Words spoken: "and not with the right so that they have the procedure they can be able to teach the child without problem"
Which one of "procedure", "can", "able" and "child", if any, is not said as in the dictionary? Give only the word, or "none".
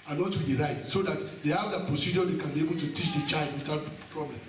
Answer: none